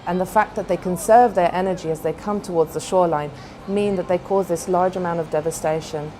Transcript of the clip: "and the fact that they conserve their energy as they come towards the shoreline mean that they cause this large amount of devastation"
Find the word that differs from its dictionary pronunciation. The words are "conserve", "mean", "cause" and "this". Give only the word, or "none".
none